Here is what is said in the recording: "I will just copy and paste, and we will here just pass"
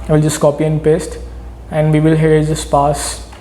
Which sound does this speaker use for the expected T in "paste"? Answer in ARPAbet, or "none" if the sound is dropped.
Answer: T